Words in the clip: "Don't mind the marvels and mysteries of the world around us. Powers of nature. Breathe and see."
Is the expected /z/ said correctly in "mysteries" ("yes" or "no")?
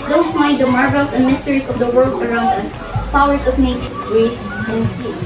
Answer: no